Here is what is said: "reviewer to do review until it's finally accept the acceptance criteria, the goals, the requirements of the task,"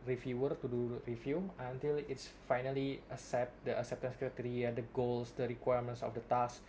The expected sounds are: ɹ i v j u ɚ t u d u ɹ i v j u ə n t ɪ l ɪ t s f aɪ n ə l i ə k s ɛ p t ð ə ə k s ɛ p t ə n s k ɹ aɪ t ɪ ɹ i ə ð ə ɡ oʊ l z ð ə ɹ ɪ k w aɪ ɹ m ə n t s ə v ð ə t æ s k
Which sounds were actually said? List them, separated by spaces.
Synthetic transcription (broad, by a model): ɹ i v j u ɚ t u d u ɹ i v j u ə n t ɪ l ɪ t s f aɪ n ə l i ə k s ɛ p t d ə ə k s ɛ p t ə n s k ɹ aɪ t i ɹ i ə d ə ɡ oʊ l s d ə ɹ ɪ k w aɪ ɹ m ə n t s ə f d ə t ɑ s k